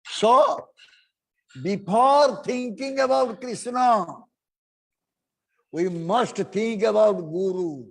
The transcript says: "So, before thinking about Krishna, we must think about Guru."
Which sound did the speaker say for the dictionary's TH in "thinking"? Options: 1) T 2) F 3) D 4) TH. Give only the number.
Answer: 1